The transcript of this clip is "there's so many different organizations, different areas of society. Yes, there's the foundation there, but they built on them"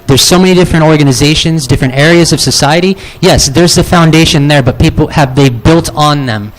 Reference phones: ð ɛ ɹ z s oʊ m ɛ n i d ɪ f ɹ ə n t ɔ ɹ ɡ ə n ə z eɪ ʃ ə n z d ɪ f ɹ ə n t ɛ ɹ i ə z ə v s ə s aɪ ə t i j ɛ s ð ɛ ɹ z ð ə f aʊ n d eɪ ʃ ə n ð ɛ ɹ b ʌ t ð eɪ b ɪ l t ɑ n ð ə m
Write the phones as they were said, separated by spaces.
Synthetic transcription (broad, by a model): ð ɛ ɹ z s oʊ m ɛ n i d ɪ f ɹ ə n t ɔ ɹ ɡ ə n ə z eɪ ʃ ə n z d ɪ f ɹ ə n t ɛ ɹ i ə z ə v s ə s aɪ ə t i j ɛ s ð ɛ ɹ z ð ə f aʊ n d eɪ ʃ ə n ð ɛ ɹ b ʌ t ð eɪ b ɪ l t n ð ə m